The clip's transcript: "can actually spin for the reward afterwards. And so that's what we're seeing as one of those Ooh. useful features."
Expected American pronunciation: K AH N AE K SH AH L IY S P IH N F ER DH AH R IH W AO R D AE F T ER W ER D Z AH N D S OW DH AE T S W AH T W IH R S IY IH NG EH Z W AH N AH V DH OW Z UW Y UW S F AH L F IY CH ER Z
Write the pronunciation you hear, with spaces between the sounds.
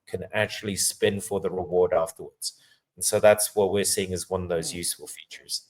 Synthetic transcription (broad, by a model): K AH N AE K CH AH L IY S P IH N F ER DH AH R IH W AO R D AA F T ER W ER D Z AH N S OW DH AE T S W AH T W IH R S IY IH NG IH Z W AH N AH V DH OW Z Y UW S F AH L F IY CH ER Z